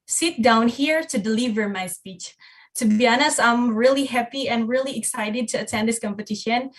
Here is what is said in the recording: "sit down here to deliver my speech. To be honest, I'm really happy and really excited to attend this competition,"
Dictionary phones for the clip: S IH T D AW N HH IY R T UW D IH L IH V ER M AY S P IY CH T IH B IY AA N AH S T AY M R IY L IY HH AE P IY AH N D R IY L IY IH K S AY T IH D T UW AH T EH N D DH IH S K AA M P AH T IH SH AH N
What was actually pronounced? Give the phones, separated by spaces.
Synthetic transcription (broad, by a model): S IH T D AW N HH IY R T UW D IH L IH V ER M AY S P IY CH T IH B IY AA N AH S AY M R IY L IY HH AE P IY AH N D R IY L IY IH K S AY T IH D T UW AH T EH N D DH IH S K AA M P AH T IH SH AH N